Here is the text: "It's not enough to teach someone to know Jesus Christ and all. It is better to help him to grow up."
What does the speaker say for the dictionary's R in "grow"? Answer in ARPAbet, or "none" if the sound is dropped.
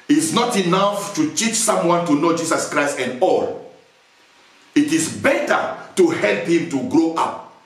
R